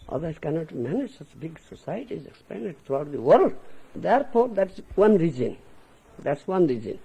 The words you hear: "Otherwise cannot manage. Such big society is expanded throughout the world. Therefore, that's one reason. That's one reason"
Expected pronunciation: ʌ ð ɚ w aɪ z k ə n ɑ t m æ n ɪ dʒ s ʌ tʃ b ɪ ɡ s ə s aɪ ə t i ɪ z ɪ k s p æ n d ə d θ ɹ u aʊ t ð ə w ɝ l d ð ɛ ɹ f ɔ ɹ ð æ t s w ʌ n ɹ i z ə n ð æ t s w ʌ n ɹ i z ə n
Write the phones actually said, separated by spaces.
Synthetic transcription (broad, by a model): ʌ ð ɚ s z k ə n ɑ t m æ n ɪ dʒ s ʌ tʃ b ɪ ɡ s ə s aɪ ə t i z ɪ k s p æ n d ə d t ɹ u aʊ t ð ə w ɝ l d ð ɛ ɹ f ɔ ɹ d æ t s w ʌ n ɹ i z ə n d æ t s w ʌ n ɹ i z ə n